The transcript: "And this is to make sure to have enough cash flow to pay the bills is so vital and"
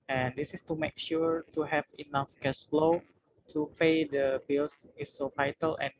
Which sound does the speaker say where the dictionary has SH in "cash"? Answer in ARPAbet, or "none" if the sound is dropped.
S